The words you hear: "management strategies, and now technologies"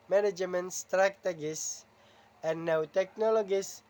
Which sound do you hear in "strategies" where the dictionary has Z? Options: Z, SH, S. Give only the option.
S